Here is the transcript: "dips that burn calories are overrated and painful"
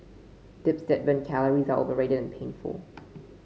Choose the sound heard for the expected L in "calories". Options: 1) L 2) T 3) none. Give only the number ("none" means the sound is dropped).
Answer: 1